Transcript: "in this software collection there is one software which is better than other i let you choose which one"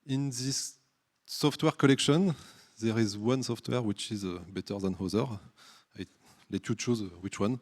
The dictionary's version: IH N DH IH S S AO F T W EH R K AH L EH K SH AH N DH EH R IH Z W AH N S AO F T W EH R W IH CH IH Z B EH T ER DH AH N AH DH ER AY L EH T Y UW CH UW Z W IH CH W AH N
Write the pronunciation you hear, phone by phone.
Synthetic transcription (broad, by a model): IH N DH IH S S AO F T W EH R K AH L EH K SH AH N DH EH R IH Z W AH N S AO F T W EH R W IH CH IH Z B EH T ER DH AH N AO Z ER AY L EH T Y UW CH UW Z W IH CH W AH N